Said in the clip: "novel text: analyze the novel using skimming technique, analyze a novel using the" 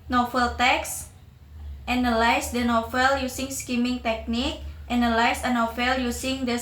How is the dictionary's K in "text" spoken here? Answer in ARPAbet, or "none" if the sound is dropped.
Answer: K